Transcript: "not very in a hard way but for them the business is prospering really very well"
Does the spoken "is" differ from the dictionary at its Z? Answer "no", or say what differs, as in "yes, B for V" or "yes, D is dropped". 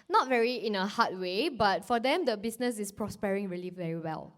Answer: yes, S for Z